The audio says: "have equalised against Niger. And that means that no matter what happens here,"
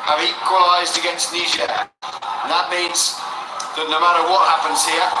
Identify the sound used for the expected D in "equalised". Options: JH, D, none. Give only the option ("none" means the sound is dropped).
D